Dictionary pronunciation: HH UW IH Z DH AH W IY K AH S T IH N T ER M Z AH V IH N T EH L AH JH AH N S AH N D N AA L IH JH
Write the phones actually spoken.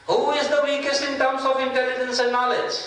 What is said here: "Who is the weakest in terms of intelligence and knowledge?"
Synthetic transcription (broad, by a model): HH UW IH Z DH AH W IY K AH S T IH N T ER M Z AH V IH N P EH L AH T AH N S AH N N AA L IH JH